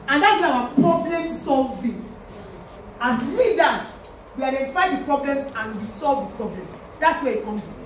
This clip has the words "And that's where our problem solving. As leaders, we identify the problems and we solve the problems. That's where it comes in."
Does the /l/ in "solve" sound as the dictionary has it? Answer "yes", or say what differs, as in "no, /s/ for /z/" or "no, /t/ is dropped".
yes